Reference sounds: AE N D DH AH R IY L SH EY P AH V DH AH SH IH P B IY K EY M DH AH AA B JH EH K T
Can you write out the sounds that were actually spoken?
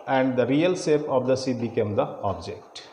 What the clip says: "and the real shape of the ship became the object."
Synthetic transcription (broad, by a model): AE N D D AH R IY L S EY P AH V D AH S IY B IY K EY M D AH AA B JH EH K T